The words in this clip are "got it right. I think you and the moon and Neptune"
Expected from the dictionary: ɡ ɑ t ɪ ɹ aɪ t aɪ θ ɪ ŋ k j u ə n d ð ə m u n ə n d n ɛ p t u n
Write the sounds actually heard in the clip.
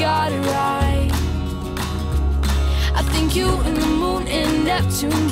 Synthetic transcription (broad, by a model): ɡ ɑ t ɪ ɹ aɪ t aɪ θ ɪ ŋ k j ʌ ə n ð ə m u n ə n n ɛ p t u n